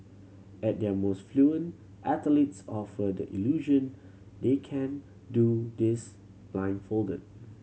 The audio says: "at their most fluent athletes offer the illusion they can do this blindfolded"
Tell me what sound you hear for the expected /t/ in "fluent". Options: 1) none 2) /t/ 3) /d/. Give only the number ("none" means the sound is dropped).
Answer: 2